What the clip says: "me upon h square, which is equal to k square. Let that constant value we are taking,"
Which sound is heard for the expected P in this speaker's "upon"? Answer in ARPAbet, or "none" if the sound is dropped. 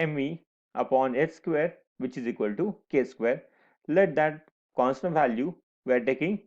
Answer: P